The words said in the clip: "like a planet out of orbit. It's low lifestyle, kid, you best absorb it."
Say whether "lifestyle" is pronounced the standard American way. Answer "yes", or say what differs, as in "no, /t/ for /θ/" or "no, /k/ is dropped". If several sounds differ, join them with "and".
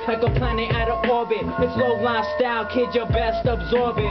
no, /f/ is dropped